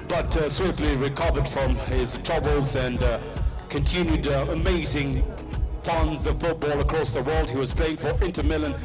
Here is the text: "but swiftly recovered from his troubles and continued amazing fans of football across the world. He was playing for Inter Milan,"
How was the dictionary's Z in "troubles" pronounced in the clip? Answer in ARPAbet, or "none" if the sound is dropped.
Z